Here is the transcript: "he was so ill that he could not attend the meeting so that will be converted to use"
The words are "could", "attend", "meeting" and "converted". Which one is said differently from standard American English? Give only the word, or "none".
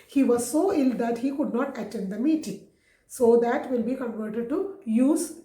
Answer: none